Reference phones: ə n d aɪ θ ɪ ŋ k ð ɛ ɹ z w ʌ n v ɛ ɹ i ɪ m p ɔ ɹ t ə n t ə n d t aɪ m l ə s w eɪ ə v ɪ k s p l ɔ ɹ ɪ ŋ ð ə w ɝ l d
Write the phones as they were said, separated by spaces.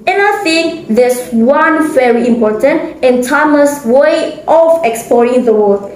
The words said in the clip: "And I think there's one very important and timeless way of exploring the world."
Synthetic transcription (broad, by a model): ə n aɪ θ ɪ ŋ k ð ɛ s w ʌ n v ɛ ɹ i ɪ m p ɔ t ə n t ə n t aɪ m ə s w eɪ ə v ɪ k s p l ɔ ɹ ɪ ŋ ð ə w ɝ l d